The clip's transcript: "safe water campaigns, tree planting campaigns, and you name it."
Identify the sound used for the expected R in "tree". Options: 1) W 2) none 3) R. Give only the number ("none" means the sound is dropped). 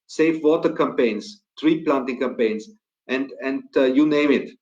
3